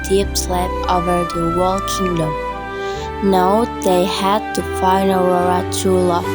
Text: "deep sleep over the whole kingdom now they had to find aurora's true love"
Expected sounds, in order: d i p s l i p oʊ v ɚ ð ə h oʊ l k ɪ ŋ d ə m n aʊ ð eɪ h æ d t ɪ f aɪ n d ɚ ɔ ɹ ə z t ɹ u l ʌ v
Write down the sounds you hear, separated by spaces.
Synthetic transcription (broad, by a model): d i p s l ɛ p oʊ v ɚ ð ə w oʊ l k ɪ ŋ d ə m n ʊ ð eɪ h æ d t ɪ f aɪ n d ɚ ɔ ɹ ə t u l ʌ